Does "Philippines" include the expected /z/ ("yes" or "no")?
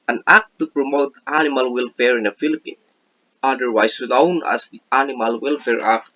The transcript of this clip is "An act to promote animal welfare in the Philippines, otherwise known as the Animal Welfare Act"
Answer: no